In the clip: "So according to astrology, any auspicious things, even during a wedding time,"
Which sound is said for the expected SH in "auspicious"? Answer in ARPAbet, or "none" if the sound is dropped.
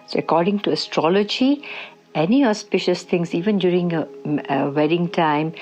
SH